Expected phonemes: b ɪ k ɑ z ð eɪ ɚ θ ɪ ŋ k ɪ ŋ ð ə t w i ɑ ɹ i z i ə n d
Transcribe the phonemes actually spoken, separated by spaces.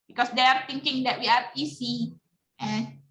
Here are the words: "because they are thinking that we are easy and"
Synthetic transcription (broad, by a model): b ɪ k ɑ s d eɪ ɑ t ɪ ŋ k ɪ ŋ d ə t w i ɑ ɹ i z i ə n